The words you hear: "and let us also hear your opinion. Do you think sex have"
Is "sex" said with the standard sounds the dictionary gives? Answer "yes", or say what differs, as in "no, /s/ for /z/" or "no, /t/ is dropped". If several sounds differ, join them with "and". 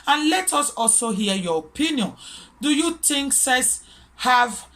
no, /k/ is dropped